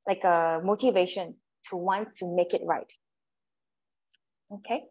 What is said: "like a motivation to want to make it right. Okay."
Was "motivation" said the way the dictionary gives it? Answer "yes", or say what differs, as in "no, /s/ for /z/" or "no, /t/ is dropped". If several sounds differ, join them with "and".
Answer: yes